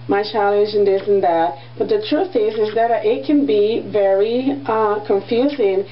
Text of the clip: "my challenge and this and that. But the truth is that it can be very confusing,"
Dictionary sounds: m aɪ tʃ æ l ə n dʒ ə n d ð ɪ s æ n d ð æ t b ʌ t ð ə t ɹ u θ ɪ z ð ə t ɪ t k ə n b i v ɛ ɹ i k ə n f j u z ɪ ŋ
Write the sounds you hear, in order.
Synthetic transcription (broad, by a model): m aɪ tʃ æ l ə dʒ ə n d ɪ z n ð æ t b ʌ t ð ə t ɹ u θ ɪ z ð ə t ɪ t k ə n b i v ɛ ɹ i k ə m f j u z ɪ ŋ